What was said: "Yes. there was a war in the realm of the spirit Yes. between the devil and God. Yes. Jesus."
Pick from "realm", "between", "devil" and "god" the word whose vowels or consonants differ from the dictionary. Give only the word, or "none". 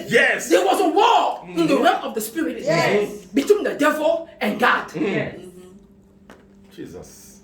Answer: realm